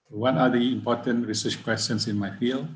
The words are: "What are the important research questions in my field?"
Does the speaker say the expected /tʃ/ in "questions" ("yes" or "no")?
no